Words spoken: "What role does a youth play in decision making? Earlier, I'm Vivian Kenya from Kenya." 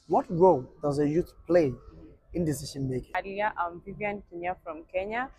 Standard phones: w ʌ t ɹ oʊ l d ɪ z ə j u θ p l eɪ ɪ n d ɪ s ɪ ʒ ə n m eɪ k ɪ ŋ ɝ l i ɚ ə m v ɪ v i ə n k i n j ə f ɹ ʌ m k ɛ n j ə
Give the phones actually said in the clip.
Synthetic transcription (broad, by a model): w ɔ t ɹ oʊ l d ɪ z ə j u t p l eɪ ɪ n d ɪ s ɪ ʃ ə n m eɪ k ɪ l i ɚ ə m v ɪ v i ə n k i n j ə f ɹ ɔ m k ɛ n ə